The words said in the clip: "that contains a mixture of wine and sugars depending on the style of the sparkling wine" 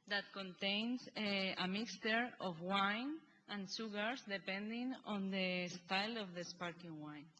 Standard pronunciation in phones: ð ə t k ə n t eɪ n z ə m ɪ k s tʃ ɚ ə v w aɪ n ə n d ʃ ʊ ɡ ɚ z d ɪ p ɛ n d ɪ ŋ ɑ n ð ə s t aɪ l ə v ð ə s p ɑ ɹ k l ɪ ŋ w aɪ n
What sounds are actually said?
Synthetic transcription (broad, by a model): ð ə t k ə n t eɪ n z ə m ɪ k s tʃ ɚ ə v w aɪ n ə n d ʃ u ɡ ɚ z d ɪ p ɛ n d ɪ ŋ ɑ n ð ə s t aɪ l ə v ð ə s p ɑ ɹ k ɪ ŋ w aɪ n